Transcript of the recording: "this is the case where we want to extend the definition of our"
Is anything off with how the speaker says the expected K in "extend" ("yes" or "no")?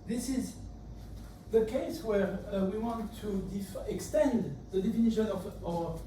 no